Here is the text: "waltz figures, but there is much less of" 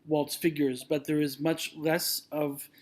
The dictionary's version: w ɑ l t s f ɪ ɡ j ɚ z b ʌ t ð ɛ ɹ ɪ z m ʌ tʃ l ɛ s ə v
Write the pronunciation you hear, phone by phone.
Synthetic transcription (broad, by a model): w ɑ l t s f ɪ ɡ j ɚ z b ʌ t ð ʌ ɹ ɪ z m ʌ tʃ l ɛ s ə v